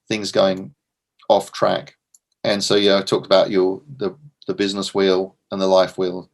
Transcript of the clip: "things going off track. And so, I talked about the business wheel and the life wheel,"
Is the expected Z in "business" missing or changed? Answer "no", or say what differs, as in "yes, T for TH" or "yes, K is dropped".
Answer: no